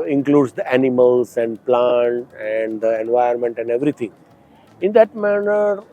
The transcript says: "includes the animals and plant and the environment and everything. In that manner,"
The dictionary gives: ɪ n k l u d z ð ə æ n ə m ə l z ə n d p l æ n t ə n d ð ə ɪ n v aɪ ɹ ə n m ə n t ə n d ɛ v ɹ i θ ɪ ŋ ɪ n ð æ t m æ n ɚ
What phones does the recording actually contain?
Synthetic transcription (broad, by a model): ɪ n k l u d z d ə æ n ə m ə l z ə n d p l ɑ n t ə n d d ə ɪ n v aɪ ə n m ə n t ə n d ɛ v ɹ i t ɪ ŋ ɪ n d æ t m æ n ɚ